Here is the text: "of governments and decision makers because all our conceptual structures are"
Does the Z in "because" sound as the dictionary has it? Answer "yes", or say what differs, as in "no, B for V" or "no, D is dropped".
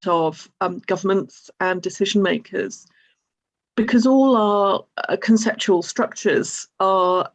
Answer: yes